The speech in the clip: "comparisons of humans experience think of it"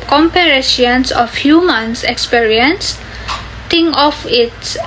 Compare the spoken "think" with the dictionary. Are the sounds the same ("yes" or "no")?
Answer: no